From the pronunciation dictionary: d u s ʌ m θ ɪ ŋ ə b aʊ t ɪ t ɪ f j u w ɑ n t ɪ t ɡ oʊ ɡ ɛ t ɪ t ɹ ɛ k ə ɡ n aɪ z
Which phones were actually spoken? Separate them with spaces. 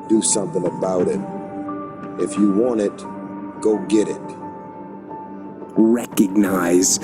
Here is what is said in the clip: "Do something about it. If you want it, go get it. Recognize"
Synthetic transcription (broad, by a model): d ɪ s ʌ m θ ɪ ŋ ə b aʊ t ɪ t ɪ f j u w ɑ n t ɪ t ɡ oʊ ɡ ɛ t ɪ t ɹ ɛ k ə ɡ n aɪ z